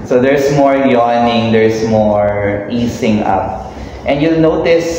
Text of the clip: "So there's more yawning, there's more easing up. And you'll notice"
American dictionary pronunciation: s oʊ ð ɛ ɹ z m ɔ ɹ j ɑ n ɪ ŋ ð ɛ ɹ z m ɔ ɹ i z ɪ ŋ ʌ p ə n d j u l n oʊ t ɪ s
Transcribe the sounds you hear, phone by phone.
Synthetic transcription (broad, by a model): s oʊ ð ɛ ɹ s m ɔ ɹ j ɑ n ɪ ŋ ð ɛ ɹ s m ɔ ɹ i s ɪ ŋ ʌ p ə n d j u l n oʊ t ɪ s